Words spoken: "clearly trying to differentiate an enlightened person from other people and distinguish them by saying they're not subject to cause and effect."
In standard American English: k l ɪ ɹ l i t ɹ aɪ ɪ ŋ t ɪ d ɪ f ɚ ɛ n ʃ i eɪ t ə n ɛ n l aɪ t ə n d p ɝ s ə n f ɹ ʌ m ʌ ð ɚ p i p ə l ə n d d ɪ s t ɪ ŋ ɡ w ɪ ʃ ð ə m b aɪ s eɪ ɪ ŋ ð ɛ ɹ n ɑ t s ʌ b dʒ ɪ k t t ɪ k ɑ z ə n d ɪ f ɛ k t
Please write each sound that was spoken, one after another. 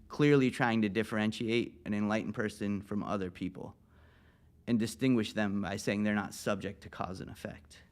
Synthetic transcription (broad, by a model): k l ɪ ɹ l i t ɹ aɪ ɪ ŋ t ɪ d ɪ f ɚ ɛ n ʃ i eɪ t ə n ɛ n l aɪ t n p ɝ s ə n f ɹ ʌ m ʌ ð ɚ p i p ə l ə n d d ɪ s t ɪ ŋ ɡ w ɪ ʃ ð ə m b aɪ s eɪ ɪ ŋ ð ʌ ɹ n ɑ t s ʌ b dʒ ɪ k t t ɪ k ɑ z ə n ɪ f ɛ k t